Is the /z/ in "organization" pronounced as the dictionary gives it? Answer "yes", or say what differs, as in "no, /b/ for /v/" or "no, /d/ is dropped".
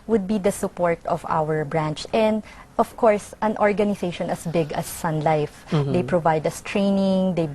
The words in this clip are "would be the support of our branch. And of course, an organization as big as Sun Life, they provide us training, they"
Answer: no, /s/ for /z/